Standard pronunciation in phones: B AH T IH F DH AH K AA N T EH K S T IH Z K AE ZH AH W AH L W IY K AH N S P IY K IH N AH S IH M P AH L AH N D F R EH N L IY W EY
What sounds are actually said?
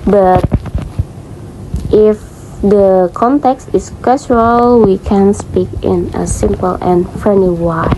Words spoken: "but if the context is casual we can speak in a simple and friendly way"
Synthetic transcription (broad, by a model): B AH T IH F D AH K AA N T EH K S T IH S K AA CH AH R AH L W IY K AH N S P IY K IH N AH S IH M P AH L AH N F R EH N IY W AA